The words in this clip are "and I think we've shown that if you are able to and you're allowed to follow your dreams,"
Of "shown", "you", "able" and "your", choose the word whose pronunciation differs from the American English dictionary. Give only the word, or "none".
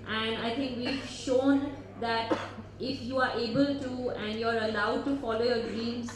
none